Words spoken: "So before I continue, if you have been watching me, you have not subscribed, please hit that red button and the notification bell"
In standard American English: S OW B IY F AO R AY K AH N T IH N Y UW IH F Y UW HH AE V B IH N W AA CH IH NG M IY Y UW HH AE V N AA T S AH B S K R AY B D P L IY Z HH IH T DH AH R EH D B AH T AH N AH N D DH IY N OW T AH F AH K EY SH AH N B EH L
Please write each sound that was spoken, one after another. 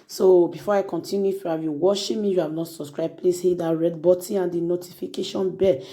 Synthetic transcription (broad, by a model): S OW B IY F AO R AY K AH N T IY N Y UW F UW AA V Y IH W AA SH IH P M IY Y UW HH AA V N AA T S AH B S K R AY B P L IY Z HH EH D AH R EH D B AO T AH AH N D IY N OW T AH F AH K EY SH AH N B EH